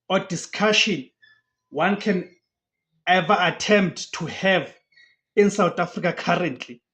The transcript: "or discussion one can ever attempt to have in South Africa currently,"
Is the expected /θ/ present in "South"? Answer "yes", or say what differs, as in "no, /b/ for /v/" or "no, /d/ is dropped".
no, /t/ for /θ/